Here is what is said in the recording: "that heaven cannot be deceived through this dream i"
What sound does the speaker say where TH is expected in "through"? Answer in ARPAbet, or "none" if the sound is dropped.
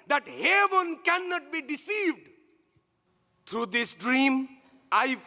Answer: T